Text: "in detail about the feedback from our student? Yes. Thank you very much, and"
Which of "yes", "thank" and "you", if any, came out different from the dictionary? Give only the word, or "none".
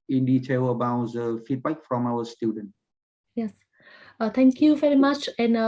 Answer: thank